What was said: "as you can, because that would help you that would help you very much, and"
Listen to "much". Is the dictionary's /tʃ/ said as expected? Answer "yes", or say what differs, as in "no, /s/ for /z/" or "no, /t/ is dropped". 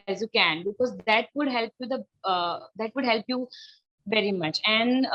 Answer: yes